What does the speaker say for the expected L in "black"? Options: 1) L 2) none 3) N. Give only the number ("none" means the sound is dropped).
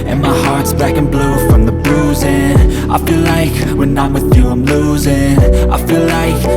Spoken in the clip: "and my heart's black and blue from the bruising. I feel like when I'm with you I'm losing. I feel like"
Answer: 2